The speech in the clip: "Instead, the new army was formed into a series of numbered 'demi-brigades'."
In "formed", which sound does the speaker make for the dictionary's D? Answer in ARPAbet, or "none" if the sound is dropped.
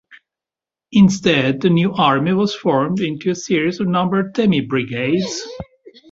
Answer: D